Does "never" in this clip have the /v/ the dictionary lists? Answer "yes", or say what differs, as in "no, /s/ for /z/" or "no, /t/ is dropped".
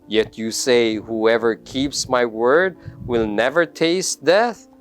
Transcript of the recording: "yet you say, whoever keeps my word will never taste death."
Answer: yes